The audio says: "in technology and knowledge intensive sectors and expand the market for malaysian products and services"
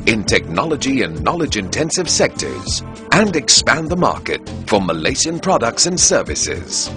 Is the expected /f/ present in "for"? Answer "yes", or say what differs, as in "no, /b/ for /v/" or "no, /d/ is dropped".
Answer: yes